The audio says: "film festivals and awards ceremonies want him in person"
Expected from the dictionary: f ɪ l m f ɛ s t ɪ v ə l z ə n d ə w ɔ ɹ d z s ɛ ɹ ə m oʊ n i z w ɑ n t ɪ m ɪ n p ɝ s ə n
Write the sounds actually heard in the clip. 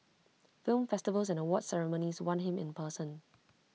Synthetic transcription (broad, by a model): f ɪ l m f ɛ s t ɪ v ə l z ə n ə w ɔ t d s ɛ ɹ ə m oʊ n i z w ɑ n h ɪ m ɪ n p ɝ s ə n